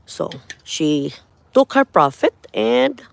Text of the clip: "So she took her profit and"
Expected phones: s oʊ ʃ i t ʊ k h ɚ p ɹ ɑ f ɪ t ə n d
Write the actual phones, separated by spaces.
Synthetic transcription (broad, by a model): s oʊ ʃ i t ʊ k h ɚ p ɹ ɑ f ɪ t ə n d